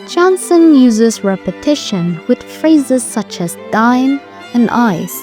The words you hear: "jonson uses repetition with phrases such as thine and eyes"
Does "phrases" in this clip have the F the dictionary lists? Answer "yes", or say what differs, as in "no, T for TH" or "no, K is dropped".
yes